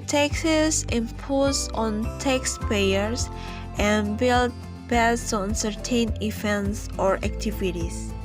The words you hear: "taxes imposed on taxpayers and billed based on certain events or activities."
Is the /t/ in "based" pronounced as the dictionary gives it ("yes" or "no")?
no